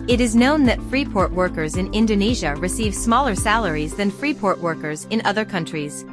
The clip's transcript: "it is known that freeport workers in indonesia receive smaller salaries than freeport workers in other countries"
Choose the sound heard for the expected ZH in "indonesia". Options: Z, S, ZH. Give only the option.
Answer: ZH